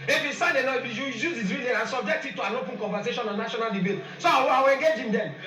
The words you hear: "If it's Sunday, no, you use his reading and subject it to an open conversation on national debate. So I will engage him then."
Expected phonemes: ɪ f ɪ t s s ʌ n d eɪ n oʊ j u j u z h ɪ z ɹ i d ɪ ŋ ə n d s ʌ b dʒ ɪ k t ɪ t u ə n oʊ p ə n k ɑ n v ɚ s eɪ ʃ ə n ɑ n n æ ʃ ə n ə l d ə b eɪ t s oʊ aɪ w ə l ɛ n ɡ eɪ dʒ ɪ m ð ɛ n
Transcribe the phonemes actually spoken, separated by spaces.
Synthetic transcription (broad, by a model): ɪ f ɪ s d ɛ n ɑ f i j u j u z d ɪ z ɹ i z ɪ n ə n s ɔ b dʒ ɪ k t ɪ t u ə n oʊ p ə n k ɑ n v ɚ s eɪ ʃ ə n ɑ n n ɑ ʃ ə n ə l d ə b eɪ t s oʊ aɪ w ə w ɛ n ɡ eɪ dʒ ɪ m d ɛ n